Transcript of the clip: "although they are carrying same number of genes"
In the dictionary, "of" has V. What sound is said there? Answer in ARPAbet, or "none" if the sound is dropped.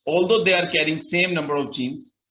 V